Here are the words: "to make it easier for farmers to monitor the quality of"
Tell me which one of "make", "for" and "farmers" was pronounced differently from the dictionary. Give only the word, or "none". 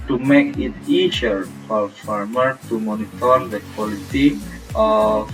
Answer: farmers